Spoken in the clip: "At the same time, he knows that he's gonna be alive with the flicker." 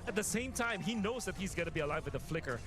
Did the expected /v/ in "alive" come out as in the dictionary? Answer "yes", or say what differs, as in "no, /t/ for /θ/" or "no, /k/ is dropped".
yes